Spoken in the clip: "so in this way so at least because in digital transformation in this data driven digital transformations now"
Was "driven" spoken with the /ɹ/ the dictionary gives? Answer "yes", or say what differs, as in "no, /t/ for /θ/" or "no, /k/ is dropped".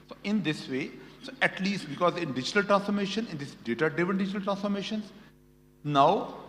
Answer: no, /ɹ/ is dropped